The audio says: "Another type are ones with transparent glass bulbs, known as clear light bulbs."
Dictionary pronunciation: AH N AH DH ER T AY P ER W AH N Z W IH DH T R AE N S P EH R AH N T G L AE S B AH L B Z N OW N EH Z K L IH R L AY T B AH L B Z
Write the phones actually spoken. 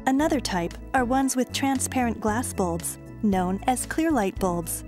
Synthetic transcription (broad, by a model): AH N AH DH ER T AY P ER W AH N Z W IH DH T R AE N S P EH R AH N G L AE S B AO L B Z N OW N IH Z K L IH R L AY T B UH L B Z